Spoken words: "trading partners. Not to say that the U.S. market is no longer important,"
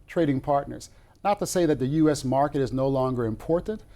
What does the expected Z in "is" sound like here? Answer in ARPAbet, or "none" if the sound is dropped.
Z